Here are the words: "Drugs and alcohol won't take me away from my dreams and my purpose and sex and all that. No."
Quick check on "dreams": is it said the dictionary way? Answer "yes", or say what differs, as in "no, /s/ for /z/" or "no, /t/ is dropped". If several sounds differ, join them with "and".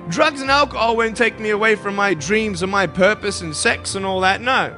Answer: yes